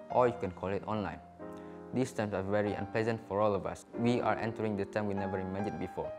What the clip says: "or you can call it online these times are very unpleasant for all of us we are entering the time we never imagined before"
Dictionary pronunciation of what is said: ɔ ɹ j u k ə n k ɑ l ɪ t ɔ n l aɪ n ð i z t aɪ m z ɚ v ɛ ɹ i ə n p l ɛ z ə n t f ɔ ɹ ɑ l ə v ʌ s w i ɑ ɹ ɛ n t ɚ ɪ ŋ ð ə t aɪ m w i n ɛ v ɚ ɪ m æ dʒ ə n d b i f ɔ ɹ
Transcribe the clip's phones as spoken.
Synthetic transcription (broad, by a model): ɔ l j u k ə n k ɑ l ɪ t ɔ n l aɪ n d i s t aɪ m s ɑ v ɛ ɹ i ə n p l ɛ z ə n t f ɔ ɹ ɑ l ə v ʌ s w i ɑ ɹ ɛ n t ɚ ɪ ŋ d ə t aɪ m w i n ɛ v ɚ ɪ m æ dʒ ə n b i f ɔ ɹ